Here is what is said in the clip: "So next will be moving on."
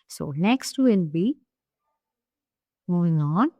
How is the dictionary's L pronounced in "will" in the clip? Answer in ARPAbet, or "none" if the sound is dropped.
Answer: N